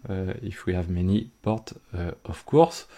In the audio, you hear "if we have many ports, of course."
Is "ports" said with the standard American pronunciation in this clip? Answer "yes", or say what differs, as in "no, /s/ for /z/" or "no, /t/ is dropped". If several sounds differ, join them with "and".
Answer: no, /s/ is dropped